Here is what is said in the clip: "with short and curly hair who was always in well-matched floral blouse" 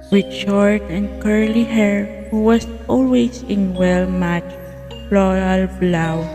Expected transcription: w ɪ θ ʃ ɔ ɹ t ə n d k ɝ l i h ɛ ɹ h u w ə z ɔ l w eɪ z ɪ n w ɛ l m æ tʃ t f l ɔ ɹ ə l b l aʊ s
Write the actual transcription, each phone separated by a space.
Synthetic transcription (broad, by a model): w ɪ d ʃ ɔ ɹ t ə n d k ɝ l i h ɛ ɹ h u w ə s ɔ l w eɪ s ɪ n w ɛ l m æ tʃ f l ɔ ɹ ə l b l aʊ